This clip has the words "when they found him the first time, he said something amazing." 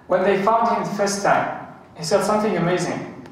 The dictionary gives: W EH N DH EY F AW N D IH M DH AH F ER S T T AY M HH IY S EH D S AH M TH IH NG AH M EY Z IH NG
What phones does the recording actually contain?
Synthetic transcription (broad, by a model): W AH N DH EY F AW N D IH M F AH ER S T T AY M HH IY S EH D S AH M TH IH NG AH M EY Z IH NG